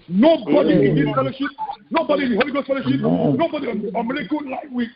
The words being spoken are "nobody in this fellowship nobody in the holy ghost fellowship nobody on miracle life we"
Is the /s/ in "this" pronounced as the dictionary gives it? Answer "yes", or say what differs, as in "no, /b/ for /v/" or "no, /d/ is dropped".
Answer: no, /s/ is dropped